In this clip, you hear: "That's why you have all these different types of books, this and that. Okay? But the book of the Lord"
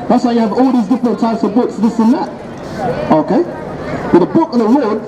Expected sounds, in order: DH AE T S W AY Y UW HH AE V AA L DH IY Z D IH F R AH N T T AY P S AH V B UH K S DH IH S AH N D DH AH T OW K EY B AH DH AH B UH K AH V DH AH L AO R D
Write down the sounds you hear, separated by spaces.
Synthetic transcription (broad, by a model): DH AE T S W AY Y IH V AA L DH IY Z D IH F R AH N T T AY P S AH V B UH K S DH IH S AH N DH AH T OW K EY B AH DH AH B UH K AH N DH AH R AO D